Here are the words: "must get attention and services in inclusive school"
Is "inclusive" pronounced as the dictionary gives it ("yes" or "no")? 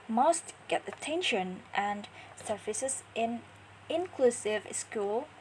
yes